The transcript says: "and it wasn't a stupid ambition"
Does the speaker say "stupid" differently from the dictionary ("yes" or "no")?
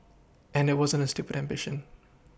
no